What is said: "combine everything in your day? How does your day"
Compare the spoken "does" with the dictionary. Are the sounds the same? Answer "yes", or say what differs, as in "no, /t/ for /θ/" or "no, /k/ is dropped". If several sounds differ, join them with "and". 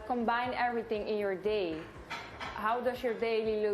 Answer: no, /s/ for /z/